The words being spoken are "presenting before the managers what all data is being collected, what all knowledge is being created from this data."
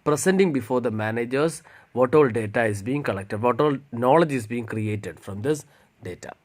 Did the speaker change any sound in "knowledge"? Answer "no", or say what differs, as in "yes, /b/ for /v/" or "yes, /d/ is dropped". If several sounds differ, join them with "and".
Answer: no